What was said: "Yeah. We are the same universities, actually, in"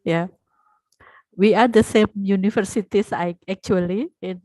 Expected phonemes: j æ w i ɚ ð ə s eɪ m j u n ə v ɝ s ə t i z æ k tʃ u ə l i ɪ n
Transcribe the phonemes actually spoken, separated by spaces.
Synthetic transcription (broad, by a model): j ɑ w i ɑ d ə s eɪ m j u n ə f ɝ s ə t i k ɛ k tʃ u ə l i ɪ n